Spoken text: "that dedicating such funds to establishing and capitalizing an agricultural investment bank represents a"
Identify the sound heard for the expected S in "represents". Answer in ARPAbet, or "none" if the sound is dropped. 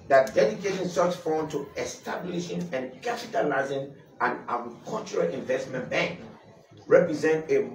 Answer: none